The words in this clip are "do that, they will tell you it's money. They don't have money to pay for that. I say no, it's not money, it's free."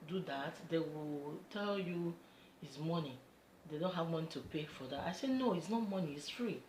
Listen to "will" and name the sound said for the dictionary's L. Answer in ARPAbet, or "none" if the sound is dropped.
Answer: L